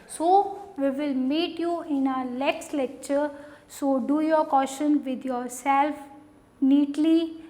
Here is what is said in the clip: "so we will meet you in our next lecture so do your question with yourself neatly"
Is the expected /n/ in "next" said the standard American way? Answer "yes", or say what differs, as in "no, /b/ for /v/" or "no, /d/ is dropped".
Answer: no, /l/ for /n/